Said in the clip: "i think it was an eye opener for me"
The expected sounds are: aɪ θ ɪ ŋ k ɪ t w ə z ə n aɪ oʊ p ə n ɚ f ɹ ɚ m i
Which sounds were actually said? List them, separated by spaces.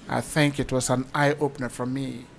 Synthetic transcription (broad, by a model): aɪ θ ɪ ŋ k ɪ t w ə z ə n aɪ oʊ p ə n ɚ f ɹ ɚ m i